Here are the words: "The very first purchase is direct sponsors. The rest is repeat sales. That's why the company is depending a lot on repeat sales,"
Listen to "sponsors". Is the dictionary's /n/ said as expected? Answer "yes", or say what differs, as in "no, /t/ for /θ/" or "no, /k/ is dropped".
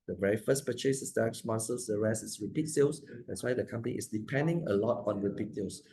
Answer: no, /l/ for /n/